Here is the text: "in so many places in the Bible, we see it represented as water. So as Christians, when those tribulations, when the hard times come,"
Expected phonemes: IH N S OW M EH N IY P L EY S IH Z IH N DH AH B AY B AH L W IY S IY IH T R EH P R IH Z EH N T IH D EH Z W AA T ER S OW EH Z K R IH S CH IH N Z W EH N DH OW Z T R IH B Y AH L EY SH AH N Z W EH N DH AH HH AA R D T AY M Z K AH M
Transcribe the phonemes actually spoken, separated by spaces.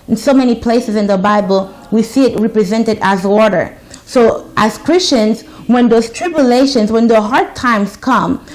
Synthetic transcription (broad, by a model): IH N S OW M EH N IY P L EY S IH Z IH N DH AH B AY B AH L W IY S IY IH T R EH P R IH Z EH N T IH D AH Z W AA T ER S OW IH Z K R IH S CH IH N Z W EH N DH OW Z T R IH B Y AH L EY SH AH N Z W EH N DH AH HH AA R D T AY M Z K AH M